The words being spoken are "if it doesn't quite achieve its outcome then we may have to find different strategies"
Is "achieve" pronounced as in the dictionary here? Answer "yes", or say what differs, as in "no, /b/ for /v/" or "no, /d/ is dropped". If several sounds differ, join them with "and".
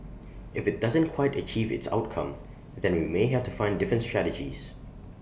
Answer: yes